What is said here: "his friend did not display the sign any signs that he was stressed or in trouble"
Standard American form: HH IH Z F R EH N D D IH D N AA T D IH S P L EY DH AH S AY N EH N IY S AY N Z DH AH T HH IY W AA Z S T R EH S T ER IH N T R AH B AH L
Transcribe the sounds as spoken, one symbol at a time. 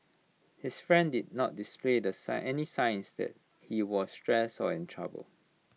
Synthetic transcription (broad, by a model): HH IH S F R EH N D D IH D N AA T D IH S P L EY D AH S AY EH N IY S AY N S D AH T HH IY W AA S T R EH S AO IH N T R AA B AH L